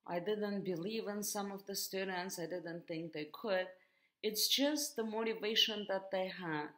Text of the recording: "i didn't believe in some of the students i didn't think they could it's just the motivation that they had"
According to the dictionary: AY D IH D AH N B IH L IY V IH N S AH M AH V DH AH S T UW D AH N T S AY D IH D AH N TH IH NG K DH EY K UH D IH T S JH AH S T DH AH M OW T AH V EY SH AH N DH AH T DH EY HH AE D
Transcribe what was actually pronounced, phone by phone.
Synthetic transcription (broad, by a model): AY D IH D AH N B IH L IY V IH N S AH M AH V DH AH S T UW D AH N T S AY D IH D AH N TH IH NG K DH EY K UH D IH T S JH AH S T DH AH M OW T AH V EY SH AH N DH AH T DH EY HH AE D